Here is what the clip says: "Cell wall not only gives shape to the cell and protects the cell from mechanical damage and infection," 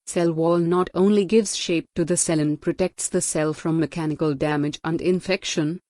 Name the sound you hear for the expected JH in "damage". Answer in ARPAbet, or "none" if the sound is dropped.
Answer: JH